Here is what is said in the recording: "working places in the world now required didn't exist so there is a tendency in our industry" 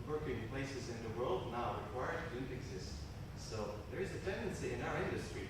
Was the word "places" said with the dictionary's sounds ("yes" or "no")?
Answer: yes